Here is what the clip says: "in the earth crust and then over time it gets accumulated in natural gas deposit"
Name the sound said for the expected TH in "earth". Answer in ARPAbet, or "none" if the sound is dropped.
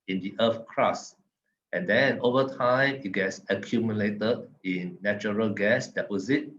F